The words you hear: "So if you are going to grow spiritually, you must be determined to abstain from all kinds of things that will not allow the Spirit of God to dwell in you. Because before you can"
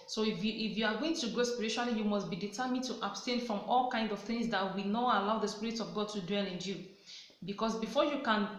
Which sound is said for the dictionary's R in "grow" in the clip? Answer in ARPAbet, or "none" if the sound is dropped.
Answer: none